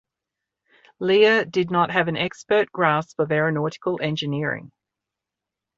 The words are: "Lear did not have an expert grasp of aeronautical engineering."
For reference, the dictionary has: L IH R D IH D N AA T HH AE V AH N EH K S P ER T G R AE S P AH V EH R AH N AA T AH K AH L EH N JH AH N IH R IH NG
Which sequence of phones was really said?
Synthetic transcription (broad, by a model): L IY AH D IH D N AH T HH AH V AH N EH K S P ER T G R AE S F AH V EH R AH N AA T AH K AH L EH N JH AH N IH R IH NG